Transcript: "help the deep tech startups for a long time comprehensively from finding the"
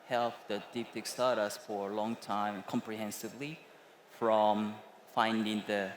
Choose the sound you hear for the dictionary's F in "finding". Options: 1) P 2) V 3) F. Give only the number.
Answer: 3